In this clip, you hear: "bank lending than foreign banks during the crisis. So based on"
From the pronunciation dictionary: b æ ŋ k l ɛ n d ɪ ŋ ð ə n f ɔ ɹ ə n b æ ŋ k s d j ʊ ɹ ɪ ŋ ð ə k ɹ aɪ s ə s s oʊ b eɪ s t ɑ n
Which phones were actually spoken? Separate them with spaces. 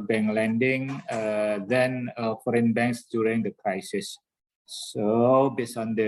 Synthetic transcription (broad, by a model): b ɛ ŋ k l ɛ n d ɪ ŋ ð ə n f ɔ ɹ ə n b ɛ ŋ k s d j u ɹ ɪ ŋ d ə k ɹ aɪ s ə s s oʊ b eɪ s ɑ n